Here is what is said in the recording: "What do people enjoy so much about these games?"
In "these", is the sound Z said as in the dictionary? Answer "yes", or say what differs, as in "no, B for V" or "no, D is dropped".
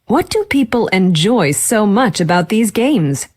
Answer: yes